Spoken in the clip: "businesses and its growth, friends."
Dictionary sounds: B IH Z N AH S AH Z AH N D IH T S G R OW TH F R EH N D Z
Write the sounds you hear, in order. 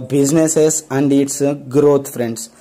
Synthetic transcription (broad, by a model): B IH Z N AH S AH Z AH N D IH T S G R OW T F R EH N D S